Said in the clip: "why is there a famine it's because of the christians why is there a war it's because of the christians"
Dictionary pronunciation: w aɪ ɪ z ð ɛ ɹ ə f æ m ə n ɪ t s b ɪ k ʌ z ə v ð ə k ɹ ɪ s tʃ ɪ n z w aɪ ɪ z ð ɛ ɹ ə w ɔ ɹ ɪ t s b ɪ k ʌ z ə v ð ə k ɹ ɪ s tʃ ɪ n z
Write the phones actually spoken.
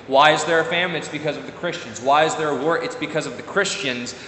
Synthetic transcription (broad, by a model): w aɪ ɪ z ð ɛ ɹ ə f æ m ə ɪ t s b ɪ k ʌ z ə v ð ə k ɹ ɪ s tʃ ɪ n z w aɪ ɪ z ð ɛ ɹ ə w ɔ ɹ ɪ t s b ɪ k ʌ z ə v ð ə k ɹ ɪ s tʃ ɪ n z